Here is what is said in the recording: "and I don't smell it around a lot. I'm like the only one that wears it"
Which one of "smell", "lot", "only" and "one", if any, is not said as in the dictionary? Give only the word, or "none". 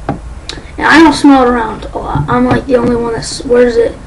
lot